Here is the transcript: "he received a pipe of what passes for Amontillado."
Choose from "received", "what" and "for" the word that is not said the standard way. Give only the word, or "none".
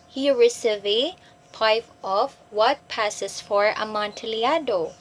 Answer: received